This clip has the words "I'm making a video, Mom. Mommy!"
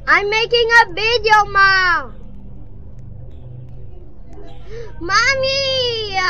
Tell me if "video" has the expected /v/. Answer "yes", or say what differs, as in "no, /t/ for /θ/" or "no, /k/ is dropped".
no, /b/ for /v/